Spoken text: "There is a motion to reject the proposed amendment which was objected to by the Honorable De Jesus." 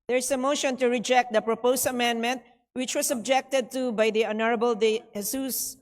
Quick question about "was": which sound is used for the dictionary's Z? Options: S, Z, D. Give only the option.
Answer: S